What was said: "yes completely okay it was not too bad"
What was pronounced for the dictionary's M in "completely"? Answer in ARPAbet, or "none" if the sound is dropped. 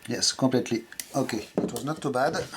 none